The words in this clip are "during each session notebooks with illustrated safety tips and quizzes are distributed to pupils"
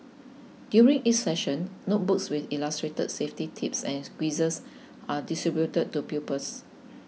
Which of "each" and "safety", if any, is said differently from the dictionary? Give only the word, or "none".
each